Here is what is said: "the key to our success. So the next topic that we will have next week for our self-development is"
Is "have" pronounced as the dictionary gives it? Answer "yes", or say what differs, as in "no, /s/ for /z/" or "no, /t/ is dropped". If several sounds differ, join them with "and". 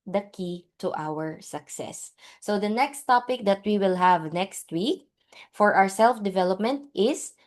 yes